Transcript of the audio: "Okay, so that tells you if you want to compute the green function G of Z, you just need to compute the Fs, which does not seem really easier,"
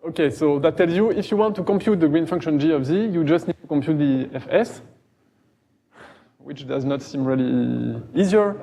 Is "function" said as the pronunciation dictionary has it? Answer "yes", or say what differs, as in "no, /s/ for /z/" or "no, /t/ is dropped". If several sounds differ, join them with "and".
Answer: yes